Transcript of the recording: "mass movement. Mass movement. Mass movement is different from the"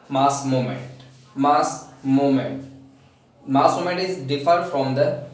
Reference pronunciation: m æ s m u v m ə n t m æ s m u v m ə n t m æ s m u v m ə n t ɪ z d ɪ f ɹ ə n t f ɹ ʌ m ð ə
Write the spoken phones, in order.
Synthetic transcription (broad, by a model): m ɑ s m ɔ m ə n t m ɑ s m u m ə n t m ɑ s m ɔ m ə n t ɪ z d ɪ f ə t f ɹ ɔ m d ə